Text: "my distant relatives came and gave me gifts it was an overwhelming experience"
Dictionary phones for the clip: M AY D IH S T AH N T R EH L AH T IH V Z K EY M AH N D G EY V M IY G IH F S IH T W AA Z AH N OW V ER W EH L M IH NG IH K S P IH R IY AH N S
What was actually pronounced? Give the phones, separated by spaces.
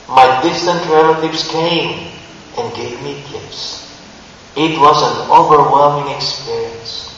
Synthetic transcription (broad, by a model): M AY D IH S T AH N T R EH L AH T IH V S K EY M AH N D G EY V M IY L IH P S IH T W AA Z AH N OW V ER W EH L M IH NG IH K S P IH R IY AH N S